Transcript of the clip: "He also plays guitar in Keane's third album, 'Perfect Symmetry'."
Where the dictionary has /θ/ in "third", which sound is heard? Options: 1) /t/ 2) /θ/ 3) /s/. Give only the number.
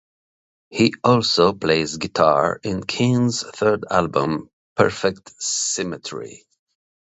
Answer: 2